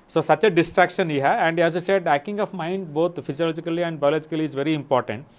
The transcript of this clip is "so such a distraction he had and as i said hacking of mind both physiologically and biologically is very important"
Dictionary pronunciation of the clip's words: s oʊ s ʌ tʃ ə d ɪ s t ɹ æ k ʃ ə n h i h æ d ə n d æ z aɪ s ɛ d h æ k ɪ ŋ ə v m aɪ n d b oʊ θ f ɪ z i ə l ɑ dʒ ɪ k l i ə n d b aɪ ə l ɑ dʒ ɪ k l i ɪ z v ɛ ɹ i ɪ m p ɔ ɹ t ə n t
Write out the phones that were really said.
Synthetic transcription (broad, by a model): s oʊ s ʌ tʃ ə d ɪ s t ɹ æ k ʃ ə n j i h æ ə n d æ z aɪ s ɛ d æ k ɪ ŋ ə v m aɪ n d b oʊ t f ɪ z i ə l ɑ dʒ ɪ k l i ə n d b aɪ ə l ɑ dʒ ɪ k l i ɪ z v ɛ ɹ i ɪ m p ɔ ɹ t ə n t